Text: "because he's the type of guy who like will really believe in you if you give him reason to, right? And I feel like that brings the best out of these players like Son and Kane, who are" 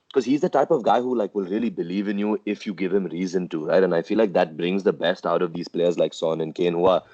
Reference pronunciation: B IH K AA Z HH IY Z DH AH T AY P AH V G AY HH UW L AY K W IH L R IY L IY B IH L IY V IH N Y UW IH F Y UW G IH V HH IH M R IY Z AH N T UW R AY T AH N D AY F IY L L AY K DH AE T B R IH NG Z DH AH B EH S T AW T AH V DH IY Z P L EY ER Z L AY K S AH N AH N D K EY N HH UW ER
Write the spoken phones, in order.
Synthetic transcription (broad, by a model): K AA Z HH IY Z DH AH T AY P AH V G AY HH UW L AY K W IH L R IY L IY B IH L IY V IH N Y UW IH F Y UW G IH V HH IH M R IY Z AH N T UW R AY T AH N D AY F IY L L AY K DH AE T B R IH NG Z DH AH B EH S T AW T AH V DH IY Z P L EY ER Z L AY K S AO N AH N K EY N HH UW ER